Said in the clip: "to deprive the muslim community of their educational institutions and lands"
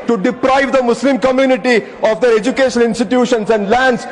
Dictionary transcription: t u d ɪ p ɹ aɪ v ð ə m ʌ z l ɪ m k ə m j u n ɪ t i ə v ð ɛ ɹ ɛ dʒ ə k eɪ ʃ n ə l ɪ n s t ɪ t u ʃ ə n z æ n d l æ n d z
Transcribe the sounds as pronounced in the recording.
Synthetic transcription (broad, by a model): t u d ɪ p ɹ aɪ v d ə m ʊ s l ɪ m k ə m j u n ɪ t i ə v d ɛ ɹ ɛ dʒ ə k eɪ ʃ ə n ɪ n s t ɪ t u ʃ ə n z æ n d l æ n d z